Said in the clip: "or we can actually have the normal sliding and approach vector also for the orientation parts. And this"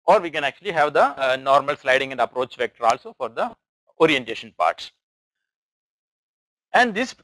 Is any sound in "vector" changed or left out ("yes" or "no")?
no